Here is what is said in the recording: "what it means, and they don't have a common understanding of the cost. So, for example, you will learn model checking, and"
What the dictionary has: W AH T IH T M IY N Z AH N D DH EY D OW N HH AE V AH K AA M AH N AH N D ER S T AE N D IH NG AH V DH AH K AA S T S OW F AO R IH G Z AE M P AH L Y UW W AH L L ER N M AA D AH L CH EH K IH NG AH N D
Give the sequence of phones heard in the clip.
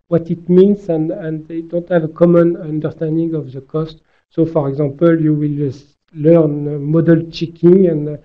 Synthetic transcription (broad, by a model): W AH T IH T M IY N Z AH N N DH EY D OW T HH AE V AH K AA M AH N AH N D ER S T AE N D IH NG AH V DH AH K AA S T S OW F AO R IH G Z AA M P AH L Y UW W AH L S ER N M AA D AH L CH EH K IH NG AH N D